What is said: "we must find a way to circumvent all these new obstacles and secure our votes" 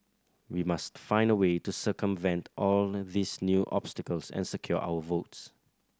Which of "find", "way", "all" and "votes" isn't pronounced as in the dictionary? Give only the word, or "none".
none